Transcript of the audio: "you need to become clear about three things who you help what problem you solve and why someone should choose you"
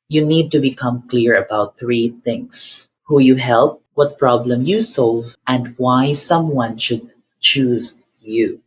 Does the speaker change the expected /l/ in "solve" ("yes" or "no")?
no